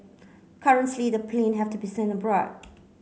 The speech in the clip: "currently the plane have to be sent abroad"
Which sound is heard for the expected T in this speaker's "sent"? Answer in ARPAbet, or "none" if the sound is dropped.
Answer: none